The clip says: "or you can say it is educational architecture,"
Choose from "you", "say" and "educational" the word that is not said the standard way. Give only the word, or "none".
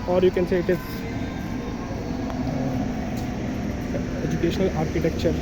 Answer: none